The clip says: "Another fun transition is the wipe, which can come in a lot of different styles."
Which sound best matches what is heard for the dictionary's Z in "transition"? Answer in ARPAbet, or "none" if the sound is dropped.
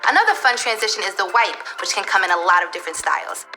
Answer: Z